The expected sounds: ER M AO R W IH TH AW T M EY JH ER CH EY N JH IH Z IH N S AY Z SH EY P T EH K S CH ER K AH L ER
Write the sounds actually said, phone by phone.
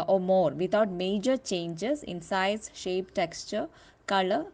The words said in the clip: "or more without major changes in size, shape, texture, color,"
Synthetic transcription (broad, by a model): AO M AO R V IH T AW T M EY JH ER CH EY N JH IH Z IH N S AY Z SH EY P T EH K S CH ER K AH L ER